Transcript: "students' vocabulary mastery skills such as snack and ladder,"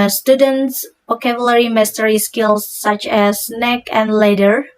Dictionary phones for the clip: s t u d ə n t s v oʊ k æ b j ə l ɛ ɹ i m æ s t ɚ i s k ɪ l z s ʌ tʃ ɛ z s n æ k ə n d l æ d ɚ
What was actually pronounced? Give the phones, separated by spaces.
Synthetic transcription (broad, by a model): s t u d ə n t s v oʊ k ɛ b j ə l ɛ ɹ i m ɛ s t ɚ i s k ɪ l s ʌ tʃ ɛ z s n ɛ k ə n d l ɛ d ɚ